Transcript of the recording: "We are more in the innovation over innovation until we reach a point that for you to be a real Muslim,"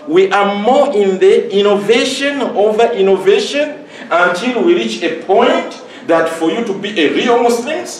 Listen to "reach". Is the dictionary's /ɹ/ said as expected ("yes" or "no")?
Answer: yes